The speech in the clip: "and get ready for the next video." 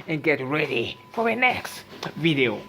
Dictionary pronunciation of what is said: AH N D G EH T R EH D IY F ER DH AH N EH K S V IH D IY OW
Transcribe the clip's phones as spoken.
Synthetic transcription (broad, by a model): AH N G EH T R EH D IY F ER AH N EH K S V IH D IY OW